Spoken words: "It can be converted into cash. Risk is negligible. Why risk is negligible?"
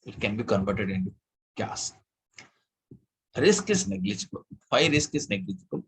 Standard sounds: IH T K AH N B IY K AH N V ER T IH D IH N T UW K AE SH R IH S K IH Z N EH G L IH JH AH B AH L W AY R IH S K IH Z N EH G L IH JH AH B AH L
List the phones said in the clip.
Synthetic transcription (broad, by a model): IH T K AH N B IY K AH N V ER T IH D IH N T UW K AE S R IH S K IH S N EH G L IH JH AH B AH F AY R IH S K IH S N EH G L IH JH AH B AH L